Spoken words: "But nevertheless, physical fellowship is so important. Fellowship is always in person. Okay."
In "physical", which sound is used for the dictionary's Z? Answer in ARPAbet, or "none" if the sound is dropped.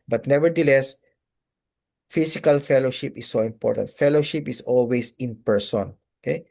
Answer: S